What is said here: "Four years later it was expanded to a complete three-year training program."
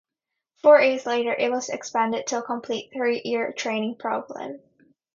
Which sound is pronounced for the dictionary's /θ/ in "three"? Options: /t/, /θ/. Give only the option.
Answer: /θ/